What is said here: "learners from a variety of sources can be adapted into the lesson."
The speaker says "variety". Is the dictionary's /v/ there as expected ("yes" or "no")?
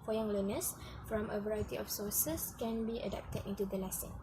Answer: yes